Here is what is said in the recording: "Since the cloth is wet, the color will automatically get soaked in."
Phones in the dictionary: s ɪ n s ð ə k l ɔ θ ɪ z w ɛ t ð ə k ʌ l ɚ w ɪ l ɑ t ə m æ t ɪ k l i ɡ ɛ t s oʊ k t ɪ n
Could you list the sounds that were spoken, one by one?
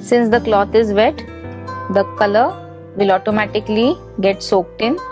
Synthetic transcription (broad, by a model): s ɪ n s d ə k l ɔ t ɪ z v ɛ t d ə k ʌ l ɚ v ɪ l ɑ t ə m æ t ɪ k l i ɡ ɛ t s oʊ k t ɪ n